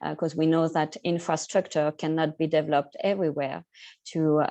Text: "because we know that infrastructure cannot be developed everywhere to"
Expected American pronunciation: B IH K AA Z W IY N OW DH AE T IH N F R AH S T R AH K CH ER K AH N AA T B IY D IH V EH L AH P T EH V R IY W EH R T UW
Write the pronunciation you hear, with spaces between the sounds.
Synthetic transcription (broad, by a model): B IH K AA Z W IY N OW DH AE T IH N F R AH S T R AH K CH ER K AH N AA T B IY D IH V EH L AH P T EH V R IY W EH R T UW